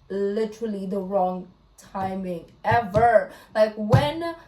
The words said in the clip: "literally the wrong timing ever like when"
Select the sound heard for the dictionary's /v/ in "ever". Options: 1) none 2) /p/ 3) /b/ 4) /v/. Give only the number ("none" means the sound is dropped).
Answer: 4